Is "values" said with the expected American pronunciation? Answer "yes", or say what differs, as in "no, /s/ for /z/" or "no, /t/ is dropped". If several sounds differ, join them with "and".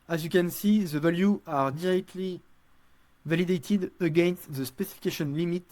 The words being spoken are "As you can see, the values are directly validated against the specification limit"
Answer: no, /z/ is dropped